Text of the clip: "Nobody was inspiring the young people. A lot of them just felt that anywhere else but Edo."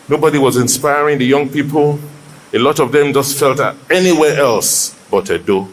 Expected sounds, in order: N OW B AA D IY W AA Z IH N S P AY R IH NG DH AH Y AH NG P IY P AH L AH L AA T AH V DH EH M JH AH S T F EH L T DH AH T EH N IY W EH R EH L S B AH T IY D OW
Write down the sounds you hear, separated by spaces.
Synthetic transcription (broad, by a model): N OW B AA D IY W AA Z IH N S P AY R IH NG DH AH Y AH NG P IY P AH L AH L AA T AH V DH EH M JH AH S T F EH L T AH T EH N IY W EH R EH L S B AH T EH D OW